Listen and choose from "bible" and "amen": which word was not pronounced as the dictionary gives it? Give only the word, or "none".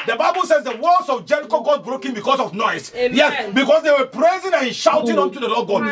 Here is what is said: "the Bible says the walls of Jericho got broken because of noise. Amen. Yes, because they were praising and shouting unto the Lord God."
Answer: amen